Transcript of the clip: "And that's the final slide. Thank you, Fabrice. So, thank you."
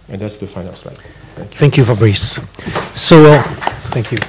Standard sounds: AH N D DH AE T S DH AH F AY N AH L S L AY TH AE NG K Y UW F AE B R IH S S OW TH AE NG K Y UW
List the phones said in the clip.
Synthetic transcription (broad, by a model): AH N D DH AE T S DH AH F AY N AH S AY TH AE NG K Y UW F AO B R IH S S OW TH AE NG K Y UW